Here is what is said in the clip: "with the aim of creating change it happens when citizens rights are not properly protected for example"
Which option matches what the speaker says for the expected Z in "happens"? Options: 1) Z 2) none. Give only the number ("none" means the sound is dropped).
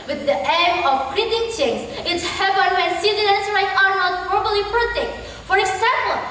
2